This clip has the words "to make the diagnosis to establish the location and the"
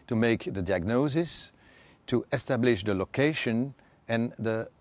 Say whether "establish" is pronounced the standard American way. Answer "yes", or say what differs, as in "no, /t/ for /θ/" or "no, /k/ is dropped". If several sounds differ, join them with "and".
yes